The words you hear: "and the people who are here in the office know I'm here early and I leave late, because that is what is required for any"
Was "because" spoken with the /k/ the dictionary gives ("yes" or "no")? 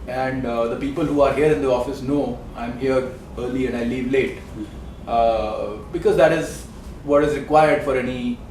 yes